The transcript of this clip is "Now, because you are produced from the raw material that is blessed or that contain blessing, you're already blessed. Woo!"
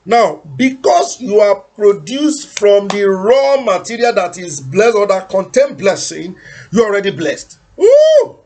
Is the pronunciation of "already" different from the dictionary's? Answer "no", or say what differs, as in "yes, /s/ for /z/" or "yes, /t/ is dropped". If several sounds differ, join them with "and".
no